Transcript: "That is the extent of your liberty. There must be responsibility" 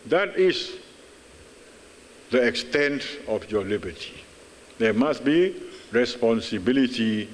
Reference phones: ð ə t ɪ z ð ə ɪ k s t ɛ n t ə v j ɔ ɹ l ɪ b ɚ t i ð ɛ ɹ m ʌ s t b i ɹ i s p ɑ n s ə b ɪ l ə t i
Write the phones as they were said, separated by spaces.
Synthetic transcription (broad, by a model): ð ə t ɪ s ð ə ɪ k s t ɛ n t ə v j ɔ l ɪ b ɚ t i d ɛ m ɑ s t b i ɹ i s p ɑ n s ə b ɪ l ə t i